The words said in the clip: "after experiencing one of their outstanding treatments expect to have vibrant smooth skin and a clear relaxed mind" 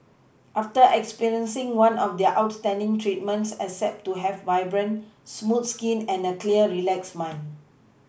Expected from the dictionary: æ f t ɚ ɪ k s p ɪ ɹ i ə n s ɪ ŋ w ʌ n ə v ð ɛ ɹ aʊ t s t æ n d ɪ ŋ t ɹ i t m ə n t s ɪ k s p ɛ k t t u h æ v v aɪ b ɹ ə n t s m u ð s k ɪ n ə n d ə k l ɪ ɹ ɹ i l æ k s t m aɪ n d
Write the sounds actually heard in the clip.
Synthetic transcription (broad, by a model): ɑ f t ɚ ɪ k s p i ɹ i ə n s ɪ ŋ w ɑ n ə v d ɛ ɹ aʊ t s t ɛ n d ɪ ŋ t ɹ i t m ə n t s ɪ s ɛ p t t u h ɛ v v aɪ b ɹ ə n s m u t s k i n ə n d ə k l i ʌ ɹ i l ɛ k s m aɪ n